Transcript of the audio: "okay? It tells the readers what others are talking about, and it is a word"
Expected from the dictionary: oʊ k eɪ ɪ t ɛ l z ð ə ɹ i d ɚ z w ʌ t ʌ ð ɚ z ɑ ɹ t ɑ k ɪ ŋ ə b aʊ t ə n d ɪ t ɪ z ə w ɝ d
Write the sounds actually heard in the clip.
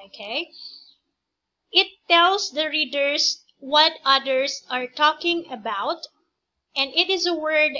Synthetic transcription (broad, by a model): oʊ k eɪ ɪ t ɛ l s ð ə ɹ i d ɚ s w ʌ t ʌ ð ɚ s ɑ ɹ t ɑ k ɪ ŋ ə b aʊ t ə n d ɪ t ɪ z ə w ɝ d